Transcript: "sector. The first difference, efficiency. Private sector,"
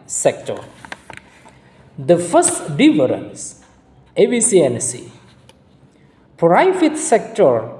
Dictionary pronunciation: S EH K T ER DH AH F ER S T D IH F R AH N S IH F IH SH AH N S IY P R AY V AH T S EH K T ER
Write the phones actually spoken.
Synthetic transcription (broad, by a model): S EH K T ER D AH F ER S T D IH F R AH N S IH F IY S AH N S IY P R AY F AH T S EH K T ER